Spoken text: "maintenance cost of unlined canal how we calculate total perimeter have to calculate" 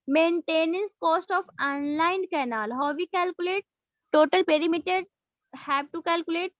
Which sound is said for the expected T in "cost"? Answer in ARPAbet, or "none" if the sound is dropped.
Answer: T